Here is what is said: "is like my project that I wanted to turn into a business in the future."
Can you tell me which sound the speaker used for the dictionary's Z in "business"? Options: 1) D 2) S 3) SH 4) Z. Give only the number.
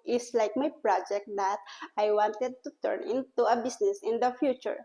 2